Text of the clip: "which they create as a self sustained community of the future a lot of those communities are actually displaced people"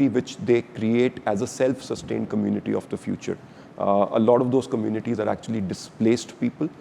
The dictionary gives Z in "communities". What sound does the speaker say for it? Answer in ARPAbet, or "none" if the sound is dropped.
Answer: Z